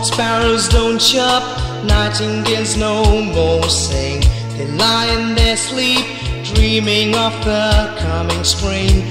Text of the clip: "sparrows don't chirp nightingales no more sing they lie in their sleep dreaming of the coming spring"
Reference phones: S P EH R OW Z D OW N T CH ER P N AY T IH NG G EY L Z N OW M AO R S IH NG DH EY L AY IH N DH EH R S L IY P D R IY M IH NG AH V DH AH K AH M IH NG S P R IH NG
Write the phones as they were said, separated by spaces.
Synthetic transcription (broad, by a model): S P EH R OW Z D OW N T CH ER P N AY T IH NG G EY Z N OW M AO R S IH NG DH EY L AY IH N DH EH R S L IY P D R IY M IH NG AH V DH AH K AH M IH NG S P R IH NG